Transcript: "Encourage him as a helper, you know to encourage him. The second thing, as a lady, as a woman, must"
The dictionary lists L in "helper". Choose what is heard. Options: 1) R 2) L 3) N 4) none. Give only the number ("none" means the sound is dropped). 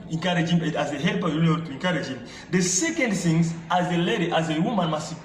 2